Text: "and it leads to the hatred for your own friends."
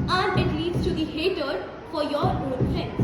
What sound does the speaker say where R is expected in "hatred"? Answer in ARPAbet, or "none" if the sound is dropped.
none